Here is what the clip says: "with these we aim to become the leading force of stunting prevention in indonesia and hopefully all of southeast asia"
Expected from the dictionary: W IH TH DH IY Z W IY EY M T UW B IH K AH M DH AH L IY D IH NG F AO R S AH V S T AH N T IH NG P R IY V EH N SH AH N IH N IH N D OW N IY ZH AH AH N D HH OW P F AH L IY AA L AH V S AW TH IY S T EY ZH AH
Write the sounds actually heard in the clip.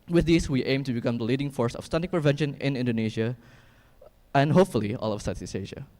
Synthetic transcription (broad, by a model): W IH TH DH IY S W IY EY M T UW B IH K AH M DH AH L IY D IH NG F AO R S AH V S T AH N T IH P R IY V EH N SH AH N IH N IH N D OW N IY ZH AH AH N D HH OW P F AH L IY AA L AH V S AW S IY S EY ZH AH